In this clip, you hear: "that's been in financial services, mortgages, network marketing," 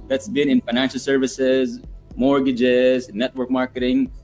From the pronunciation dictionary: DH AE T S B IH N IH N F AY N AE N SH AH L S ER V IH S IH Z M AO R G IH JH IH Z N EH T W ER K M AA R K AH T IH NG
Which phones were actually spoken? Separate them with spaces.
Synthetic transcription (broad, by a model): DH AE T S B IH N IH N F AY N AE N SH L S ER V IH S IH Z M AO R G IH JH IH Z N EH T W ER K M AA R K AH T IH NG